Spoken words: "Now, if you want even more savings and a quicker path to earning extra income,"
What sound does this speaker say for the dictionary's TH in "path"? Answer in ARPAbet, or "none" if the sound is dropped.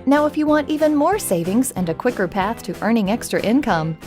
TH